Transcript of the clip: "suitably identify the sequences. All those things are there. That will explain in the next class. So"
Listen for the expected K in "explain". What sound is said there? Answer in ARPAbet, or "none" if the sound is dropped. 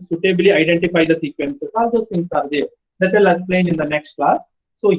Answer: none